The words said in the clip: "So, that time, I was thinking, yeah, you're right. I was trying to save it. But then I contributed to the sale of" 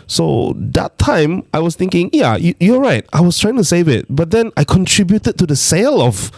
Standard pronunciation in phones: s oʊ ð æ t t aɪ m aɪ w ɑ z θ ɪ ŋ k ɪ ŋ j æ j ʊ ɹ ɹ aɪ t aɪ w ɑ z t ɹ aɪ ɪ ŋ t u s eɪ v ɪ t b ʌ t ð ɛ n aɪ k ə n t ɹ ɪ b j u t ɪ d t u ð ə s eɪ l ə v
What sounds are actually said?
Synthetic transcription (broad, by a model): s oʊ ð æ t t aɪ m aɪ w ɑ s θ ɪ ŋ k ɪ ŋ j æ j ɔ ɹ ɹ aɪ t aɪ w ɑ s t ɹ aɪ ɪ ŋ t u s eɪ v ɪ t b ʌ t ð ɛ n aɪ k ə n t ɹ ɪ b j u t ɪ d t u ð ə s eɪ l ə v